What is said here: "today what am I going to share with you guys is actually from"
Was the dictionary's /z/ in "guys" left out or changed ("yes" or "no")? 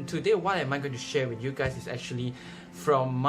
yes